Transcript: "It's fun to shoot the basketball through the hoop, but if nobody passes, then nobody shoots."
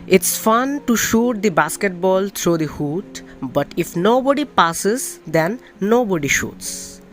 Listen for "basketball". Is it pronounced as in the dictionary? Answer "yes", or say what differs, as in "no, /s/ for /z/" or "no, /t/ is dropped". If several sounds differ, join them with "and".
yes